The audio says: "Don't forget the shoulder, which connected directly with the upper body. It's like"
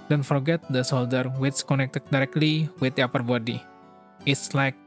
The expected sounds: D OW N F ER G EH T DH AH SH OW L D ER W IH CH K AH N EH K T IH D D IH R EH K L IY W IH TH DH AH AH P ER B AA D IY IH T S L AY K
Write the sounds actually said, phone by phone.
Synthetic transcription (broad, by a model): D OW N F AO G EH T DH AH S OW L D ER W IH S K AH N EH K T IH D D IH R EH K L IY W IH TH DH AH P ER B AA D IY IH T S L AY K